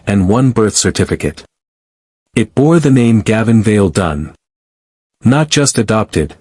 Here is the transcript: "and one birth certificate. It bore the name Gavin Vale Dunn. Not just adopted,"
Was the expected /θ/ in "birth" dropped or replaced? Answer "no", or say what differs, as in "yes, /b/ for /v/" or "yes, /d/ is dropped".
no